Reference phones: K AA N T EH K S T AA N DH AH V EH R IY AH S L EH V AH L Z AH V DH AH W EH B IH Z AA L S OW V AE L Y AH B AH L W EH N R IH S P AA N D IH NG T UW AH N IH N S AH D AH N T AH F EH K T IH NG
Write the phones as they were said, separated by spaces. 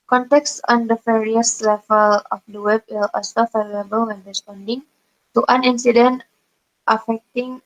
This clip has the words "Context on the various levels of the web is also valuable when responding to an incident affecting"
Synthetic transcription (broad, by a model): K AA N T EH K S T AA N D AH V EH R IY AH S L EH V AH L AH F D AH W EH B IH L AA S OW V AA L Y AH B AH L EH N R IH S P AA N D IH NG T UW AH N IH N S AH D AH N T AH F EH K T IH NG